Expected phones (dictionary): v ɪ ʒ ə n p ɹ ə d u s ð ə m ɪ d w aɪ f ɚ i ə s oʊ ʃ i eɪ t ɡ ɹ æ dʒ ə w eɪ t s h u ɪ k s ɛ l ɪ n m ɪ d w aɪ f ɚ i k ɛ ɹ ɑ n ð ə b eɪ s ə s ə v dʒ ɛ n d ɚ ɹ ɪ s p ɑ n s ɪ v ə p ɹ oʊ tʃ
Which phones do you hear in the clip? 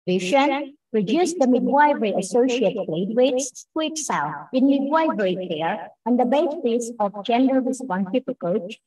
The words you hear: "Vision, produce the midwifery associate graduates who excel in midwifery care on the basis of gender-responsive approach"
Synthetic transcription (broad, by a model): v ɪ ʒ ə n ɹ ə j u s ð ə m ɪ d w aɪ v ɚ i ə s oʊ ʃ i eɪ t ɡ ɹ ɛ ə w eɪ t s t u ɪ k s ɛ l ɪ n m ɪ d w aɪ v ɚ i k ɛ ɹ ɑ n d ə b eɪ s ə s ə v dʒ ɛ n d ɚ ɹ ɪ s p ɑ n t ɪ p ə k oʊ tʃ